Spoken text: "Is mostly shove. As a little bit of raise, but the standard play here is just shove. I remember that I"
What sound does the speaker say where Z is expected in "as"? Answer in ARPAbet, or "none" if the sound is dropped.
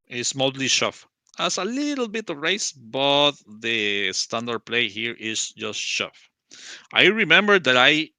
S